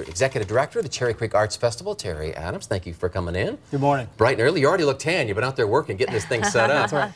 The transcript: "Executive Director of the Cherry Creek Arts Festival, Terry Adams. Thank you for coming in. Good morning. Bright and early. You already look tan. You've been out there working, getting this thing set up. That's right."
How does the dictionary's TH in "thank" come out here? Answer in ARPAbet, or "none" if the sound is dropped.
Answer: TH